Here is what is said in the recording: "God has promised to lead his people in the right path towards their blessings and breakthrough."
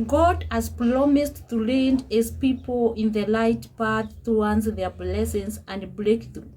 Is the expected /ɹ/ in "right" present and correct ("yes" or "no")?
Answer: no